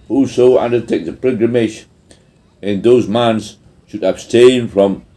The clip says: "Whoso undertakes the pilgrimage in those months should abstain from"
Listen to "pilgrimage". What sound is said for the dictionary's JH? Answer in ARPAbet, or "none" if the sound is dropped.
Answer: SH